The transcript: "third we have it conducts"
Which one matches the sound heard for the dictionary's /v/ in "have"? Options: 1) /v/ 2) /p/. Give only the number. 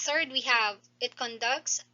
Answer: 1